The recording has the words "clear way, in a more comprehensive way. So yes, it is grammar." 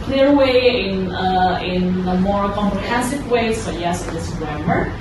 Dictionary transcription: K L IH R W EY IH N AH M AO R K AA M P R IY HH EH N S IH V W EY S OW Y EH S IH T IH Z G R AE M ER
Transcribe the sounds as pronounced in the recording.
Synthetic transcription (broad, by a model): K L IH R W EY IH N AH M AO R K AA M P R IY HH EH N S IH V W EY S OW Y EH S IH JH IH S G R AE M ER